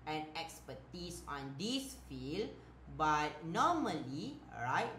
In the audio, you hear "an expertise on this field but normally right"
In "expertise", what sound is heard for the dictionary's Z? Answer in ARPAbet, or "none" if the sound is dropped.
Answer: S